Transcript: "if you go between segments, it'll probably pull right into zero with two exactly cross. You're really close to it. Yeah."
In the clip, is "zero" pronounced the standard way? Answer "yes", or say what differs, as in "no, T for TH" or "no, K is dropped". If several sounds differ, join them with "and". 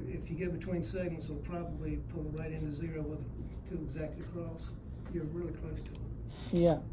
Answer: yes